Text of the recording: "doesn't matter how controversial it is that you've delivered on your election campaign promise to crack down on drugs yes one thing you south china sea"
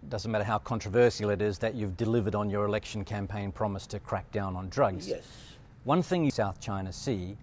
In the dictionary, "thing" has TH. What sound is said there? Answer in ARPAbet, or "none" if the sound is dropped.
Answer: TH